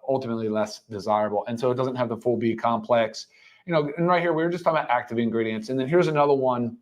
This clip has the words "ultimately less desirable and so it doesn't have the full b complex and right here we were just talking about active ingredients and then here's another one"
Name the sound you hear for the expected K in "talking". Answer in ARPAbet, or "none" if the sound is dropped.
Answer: none